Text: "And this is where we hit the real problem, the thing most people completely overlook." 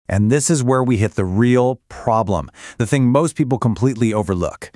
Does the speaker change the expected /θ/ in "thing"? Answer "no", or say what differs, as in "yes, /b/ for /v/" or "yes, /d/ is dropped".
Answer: no